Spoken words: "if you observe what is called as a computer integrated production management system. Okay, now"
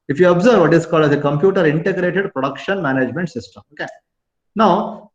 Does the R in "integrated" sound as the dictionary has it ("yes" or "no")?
yes